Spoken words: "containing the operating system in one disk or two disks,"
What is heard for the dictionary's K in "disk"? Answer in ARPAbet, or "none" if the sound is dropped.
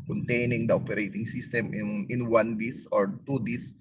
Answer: none